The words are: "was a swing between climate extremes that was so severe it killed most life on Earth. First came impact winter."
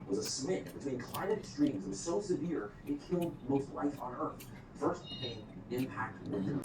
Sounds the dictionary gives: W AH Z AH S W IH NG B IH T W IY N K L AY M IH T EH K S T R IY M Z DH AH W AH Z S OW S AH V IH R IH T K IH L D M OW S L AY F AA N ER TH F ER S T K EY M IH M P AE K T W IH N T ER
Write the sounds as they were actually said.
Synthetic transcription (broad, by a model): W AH Z AH S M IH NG B IH T W IY N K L AY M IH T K S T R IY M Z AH W AH Z S OW S AH V IH R IH T K IH L D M OW TH L AY F N ER TH F ER S T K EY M IH M P AE K T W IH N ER